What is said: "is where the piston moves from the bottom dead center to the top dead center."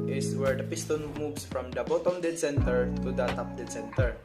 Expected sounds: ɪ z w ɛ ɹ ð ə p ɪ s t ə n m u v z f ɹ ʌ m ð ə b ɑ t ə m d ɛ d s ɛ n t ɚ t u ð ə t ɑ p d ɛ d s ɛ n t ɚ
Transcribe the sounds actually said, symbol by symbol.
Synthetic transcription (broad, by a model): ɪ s w ɛ ɹ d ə p ɪ s t ə n m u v s f ɹ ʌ m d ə b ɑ t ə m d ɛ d s ɛ n t ɚ t u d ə t ɑ p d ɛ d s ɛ n t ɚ